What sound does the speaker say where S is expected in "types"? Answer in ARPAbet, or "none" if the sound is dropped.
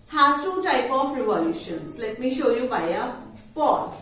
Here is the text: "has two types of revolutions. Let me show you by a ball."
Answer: none